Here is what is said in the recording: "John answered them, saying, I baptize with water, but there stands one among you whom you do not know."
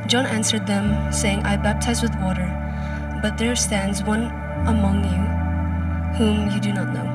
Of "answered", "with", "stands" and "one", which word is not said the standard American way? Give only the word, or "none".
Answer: none